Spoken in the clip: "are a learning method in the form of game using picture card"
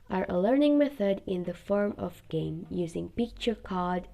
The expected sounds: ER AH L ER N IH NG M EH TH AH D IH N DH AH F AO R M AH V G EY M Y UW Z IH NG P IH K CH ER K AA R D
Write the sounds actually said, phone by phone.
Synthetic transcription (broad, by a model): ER AH L ER N IH NG M EH TH AH D IH N DH AH F AO R M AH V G EY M Y UW Z IH NG P IH K CH ER K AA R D